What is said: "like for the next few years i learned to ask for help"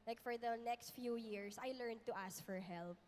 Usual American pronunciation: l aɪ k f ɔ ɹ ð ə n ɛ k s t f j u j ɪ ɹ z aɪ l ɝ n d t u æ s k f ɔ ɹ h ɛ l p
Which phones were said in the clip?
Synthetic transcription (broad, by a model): l aɪ k f ɔ ɹ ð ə n ɛ k s t f j u j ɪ ɹ s aɪ l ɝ n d t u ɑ s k f ɔ ɹ h ɛ l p